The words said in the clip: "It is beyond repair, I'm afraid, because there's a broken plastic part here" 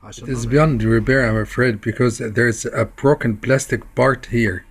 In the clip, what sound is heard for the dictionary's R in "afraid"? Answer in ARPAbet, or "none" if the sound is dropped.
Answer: R